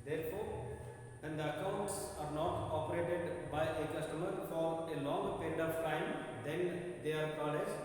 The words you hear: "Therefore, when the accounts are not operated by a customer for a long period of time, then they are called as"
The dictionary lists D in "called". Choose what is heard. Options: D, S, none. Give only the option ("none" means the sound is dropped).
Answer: none